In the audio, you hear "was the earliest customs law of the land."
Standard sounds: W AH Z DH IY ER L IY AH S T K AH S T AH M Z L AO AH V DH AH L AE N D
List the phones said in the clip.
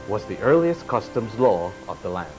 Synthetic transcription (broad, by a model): W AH Z DH IY ER L IY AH S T K AH S T AH M Z L AO AH V DH AH L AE N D